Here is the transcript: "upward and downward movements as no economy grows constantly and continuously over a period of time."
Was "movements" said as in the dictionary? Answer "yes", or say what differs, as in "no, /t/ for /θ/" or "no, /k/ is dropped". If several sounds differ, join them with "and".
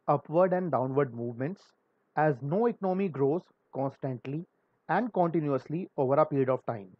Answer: yes